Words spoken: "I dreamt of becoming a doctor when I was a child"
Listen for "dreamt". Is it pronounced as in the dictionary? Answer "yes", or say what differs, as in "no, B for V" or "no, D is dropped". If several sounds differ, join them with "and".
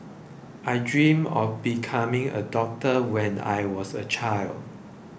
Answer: no, T is dropped